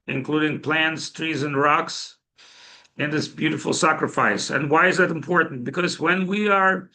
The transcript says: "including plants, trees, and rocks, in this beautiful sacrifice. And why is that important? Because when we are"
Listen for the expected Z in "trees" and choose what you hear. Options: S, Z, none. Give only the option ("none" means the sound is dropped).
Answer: Z